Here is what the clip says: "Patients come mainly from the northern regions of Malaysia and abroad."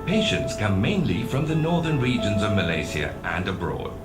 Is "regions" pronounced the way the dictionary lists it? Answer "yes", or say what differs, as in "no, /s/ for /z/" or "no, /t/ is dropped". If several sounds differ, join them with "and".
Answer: yes